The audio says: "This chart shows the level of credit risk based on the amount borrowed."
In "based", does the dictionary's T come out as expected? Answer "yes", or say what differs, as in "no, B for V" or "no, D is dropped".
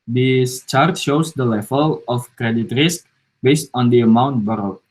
yes